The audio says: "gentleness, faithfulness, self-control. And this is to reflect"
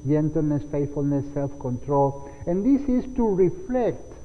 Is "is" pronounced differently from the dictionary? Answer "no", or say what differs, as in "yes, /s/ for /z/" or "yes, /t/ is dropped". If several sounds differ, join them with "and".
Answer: yes, /s/ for /z/